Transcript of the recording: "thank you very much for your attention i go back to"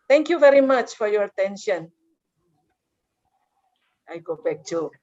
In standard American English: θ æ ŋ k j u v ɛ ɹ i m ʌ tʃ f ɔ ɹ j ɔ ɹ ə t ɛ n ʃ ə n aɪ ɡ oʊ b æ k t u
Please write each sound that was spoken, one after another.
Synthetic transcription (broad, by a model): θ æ ŋ k j u v ɛ ɹ i m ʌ tʃ f ɔ ɹ j ɔ ɹ ə t ɛ n ʃ ə n aɪ ɡ oʊ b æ k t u